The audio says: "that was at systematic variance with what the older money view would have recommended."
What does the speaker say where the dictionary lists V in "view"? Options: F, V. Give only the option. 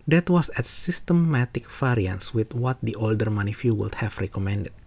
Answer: F